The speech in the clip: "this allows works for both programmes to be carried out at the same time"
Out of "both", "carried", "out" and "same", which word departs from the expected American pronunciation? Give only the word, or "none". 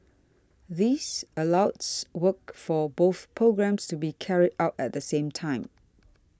none